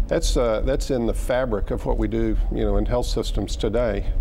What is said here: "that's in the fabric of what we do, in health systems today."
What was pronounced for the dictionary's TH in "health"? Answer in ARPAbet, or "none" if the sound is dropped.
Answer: TH